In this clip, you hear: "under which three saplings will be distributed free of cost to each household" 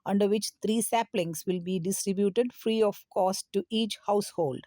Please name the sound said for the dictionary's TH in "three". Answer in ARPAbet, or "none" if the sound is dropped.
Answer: T